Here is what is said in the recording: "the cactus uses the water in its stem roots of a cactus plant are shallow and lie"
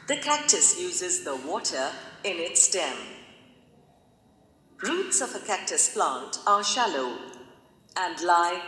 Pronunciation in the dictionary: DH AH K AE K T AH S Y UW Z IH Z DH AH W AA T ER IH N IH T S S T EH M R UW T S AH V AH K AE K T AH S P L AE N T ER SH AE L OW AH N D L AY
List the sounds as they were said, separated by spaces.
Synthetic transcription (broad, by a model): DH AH K AE K T AH S Y UW Z IH Z DH AH W AA T ER IH N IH T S S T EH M R UW T S AH V AH K AE K T AH S P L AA N T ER SH AE L OW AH N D L AY